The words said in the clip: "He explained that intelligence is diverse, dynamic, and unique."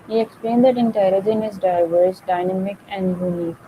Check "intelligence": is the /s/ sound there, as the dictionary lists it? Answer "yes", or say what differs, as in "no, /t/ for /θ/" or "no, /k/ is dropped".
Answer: no, /s/ is dropped